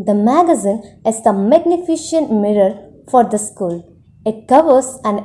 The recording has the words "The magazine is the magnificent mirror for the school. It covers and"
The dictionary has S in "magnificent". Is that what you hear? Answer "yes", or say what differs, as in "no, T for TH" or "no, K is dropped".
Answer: no, SH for S